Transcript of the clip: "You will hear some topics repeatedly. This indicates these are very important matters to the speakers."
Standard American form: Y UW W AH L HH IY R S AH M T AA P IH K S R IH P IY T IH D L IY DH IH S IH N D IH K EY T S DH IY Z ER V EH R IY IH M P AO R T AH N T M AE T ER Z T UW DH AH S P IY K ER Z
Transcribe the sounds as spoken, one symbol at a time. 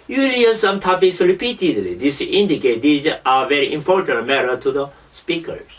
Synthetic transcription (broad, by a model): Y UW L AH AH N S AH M T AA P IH S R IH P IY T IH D L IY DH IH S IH N D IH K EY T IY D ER V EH R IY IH M P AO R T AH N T M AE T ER T UW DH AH S P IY K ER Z